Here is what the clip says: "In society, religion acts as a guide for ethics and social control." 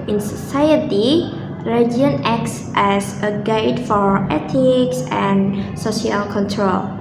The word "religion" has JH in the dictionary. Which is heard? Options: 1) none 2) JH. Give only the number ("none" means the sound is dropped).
1